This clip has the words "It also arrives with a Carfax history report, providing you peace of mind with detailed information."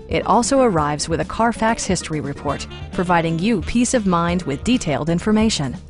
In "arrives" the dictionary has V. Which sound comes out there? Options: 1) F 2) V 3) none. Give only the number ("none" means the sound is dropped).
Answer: 2